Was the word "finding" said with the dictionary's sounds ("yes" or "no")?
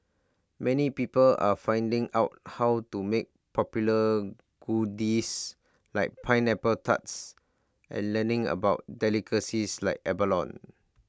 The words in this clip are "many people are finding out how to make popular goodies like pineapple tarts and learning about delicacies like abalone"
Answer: yes